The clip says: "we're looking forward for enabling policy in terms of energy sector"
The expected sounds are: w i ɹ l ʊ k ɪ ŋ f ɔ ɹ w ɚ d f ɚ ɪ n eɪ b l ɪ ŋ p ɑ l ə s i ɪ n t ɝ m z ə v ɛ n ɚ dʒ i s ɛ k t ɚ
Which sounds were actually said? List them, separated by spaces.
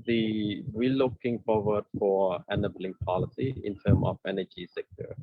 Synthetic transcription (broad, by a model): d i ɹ l ʊ k ɪ ŋ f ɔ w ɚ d f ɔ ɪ n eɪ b l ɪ ŋ p ɑ l ə s i ɪ n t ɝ m ə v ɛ n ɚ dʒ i s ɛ k t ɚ